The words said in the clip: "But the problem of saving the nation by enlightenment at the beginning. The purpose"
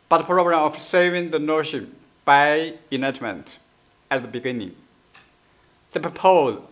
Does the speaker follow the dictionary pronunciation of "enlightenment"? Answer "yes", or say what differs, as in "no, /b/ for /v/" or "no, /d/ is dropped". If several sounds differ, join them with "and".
no, /l/ is dropped